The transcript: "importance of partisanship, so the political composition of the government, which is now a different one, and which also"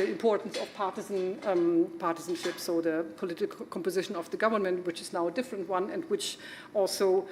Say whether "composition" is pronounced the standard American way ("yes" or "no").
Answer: yes